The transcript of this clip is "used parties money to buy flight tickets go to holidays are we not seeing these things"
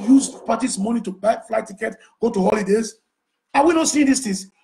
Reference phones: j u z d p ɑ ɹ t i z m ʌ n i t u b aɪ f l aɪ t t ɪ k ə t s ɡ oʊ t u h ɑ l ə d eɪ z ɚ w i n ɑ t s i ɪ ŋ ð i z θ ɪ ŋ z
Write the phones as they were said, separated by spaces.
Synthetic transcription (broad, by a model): j u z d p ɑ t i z m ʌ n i t u b aɪ f l aɪ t t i k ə t ɡ oʊ t u h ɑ l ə d eɪ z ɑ w i n ɑ t s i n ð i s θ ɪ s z